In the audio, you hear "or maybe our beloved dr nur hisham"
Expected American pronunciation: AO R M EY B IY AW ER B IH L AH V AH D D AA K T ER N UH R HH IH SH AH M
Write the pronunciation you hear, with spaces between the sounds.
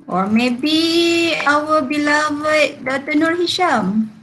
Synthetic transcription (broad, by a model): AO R M EY B IY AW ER B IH L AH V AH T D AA T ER N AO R HH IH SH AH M